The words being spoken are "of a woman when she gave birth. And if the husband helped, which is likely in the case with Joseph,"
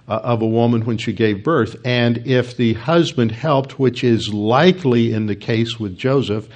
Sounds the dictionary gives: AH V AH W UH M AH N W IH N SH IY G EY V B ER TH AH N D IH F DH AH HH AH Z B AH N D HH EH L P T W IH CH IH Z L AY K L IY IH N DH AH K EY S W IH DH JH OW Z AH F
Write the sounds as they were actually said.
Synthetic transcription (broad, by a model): AH V AH W UH M AH N W IH N SH IY G EY V B ER TH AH N IH F DH AH HH AH Z B AH N D HH EH L P T W IH CH IH Z L AY K L IY IH N DH AH K EY S W IH DH JH OW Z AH F